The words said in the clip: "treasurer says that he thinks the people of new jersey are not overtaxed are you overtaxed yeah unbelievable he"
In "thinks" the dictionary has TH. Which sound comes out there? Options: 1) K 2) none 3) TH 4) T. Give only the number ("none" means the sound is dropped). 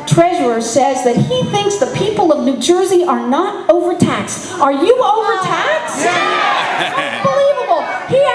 3